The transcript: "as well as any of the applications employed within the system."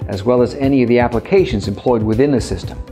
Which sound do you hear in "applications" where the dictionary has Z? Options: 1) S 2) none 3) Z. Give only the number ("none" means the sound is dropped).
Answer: 3